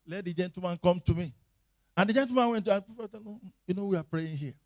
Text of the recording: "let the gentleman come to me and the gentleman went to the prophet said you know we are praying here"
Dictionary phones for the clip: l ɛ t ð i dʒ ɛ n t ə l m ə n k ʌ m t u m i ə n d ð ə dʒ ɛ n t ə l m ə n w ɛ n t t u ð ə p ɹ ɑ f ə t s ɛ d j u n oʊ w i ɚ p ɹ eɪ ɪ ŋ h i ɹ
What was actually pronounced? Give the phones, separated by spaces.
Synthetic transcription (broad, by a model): l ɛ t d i dʒ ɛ n t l m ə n k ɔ m t u m i ə n d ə dʒ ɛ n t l m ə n w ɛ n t t u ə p i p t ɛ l j u n oʊ w i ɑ p ɹ eɪ ɪ ŋ h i